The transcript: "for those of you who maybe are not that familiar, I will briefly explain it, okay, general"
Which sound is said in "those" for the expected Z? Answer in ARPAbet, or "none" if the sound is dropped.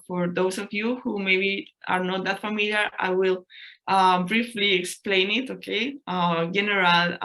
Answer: S